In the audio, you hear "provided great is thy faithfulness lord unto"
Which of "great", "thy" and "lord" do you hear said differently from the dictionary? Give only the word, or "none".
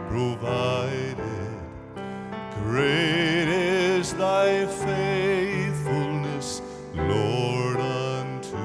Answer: none